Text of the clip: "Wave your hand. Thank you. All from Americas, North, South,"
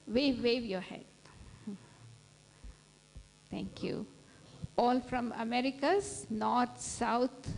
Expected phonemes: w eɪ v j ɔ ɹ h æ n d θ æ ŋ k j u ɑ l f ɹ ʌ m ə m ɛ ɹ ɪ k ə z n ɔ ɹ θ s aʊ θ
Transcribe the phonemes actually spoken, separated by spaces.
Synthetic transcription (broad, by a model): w eɪ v j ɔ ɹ h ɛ d t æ ŋ k j u ɑ l f ɹ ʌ m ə m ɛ ɹ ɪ k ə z n ɔ ɹ t s aʊ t